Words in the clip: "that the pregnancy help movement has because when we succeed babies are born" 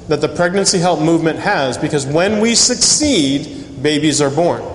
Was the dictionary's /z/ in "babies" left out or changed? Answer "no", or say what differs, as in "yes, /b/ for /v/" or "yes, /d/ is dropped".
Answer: no